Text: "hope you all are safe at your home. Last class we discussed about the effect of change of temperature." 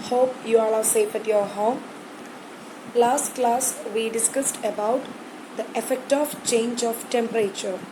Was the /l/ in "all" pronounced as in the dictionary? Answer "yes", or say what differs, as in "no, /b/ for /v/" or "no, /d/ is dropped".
no, /n/ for /l/